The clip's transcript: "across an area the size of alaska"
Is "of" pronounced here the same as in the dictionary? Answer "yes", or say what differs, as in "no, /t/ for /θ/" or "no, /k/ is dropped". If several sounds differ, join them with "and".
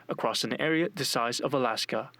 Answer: yes